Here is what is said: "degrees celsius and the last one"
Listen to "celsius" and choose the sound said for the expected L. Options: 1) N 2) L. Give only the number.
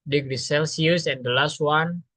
2